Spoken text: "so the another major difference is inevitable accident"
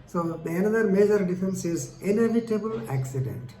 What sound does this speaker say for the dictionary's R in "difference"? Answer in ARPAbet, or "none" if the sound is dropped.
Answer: none